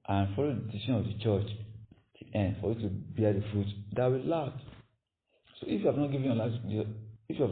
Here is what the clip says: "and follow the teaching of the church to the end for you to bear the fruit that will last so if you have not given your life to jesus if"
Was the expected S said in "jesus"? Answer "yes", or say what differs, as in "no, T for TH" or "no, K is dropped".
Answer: no, S is dropped